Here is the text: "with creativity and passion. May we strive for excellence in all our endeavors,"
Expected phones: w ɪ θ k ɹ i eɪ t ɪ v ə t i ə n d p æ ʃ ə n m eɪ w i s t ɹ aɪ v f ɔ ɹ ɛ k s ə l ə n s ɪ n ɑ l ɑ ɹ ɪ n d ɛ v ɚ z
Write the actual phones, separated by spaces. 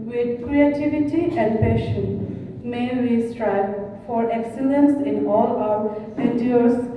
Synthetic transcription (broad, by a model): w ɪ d k ɹ i eɪ t ɪ v ə t i ə n d p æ ʃ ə n m eɪ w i s t ɹ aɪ b f ɔ ɹ ɛ k s ə l ə n s ɪ n ɑ l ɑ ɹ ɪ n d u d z